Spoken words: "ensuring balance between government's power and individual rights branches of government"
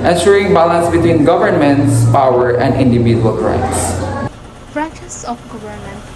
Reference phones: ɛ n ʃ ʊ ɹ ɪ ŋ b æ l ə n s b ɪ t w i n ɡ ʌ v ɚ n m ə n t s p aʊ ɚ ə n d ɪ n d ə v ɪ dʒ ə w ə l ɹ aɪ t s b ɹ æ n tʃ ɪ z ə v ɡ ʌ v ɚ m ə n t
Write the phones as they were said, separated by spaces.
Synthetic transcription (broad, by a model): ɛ n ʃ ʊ ɹ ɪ ŋ b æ l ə n s b ɪ t w i n ɡ ʌ v ɚ n m ə n t s p aʊ ɚ ə n d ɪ n d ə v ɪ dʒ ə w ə l ɹ aɪ t s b ɹ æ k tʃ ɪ s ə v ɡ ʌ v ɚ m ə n